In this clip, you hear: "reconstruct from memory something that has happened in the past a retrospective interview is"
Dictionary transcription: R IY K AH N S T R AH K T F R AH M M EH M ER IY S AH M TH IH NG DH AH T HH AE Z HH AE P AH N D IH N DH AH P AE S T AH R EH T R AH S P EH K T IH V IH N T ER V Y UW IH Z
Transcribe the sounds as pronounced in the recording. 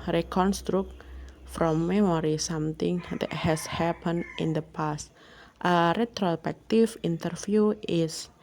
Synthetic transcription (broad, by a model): R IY K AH N S T R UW K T F R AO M M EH M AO IY S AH M T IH NG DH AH T HH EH S HH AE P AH N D IH N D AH P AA S T AH R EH T R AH S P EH K T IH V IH N T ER F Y UW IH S